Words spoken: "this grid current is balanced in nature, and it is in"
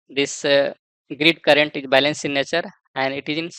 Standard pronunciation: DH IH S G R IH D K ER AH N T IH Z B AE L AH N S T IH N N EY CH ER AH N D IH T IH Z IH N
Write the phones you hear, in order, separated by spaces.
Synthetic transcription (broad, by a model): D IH S G R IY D K ER AH N T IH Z B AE L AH N S IH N N EY CH ER AH N D IH T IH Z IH N